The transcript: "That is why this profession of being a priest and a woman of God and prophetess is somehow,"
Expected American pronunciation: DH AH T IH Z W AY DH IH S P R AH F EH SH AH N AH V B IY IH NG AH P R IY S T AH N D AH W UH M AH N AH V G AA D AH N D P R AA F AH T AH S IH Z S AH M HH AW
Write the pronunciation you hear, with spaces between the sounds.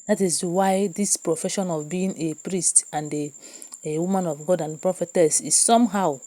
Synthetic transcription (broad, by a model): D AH T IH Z W AY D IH S P R AH F EH SH AH N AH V B IY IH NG AH P R IY S T AH N D AH W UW M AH N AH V G AA D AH N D P R AA F AH T AH S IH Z S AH M HH AW